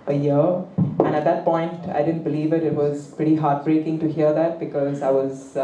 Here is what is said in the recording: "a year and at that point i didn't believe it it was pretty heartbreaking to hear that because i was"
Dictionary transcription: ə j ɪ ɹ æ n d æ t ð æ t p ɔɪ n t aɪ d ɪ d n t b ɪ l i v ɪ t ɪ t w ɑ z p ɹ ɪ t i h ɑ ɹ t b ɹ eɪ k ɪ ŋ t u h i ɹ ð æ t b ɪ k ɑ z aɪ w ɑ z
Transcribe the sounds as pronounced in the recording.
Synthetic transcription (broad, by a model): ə j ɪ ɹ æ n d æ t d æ t p ɔɪ n t aɪ d ɪ d n t b ɪ l i v ɪ t ɪ t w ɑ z p ɹ ɪ t i h ɑ ɹ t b ɹ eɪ k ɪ ŋ t u h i ɹ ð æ t b ɪ k ɑ z aɪ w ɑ z